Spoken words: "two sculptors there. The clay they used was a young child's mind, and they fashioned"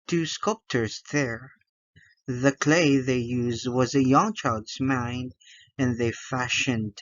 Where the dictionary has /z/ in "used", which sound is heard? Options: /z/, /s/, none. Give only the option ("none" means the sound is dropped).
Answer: /z/